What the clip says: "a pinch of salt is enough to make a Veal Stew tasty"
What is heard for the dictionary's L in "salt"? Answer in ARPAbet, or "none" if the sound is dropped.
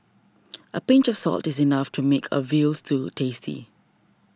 L